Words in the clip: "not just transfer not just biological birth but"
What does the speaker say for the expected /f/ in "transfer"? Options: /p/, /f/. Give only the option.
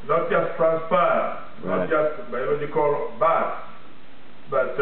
/p/